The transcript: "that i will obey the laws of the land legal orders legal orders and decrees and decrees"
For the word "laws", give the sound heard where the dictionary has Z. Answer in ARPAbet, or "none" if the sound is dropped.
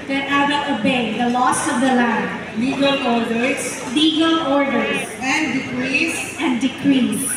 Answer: S